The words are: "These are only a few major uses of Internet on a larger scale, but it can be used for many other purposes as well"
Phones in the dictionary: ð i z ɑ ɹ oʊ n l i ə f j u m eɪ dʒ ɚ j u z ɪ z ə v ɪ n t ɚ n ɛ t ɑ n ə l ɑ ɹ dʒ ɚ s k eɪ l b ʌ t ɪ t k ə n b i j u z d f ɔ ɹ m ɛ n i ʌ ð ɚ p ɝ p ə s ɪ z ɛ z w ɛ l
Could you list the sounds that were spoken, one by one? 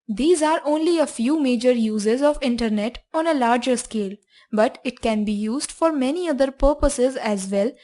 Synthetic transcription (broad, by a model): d i z ɑ ɹ oʊ n l i ə f j u m eɪ dʒ ɚ j u z ɪ z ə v ɪ n t ɚ n ɛ t ɑ n ə l ɑ ɹ dʒ ɚ s k eɪ l b ʌ t ɪ t k ə n b i j u z d f ɔ ɹ m ɛ n i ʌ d ɚ p ɝ p ə s ɪ z ɛ z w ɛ l